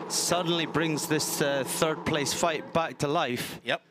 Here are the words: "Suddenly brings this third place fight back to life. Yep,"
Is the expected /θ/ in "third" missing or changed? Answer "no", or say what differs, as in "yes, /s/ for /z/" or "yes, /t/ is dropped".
no